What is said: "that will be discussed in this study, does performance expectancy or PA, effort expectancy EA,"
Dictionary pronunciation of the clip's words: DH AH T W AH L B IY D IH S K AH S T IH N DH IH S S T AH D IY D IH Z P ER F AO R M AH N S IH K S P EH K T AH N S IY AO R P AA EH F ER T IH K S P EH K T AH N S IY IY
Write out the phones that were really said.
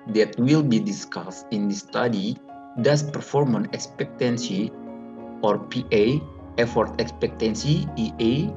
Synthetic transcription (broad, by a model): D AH T W AH L B IY D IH S K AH S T IH N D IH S S T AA D IY D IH S P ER F AO R M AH N IH K S P EH K T AH N S IY AO R P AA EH F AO T IH K S P EH K T AH N S IY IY